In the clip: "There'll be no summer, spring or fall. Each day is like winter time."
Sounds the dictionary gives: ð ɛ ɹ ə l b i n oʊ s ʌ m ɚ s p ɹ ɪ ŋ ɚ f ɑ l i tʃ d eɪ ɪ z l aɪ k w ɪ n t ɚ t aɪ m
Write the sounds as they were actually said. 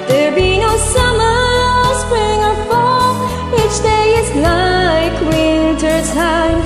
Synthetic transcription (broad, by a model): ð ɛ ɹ b i n oʊ s ʌ m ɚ s p ɹ ɪ ŋ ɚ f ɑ w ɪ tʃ d eɪ ɪ z l aɪ k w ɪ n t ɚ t aɪ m